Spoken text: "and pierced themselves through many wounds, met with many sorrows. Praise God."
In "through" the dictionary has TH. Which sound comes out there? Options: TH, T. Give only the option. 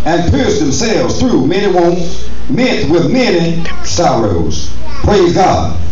TH